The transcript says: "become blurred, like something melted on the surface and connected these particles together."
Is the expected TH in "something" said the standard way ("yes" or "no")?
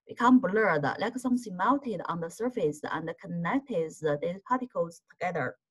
no